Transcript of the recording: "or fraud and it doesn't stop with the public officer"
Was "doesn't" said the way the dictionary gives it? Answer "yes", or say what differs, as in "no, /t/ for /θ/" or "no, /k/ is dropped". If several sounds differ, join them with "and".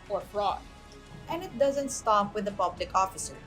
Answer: yes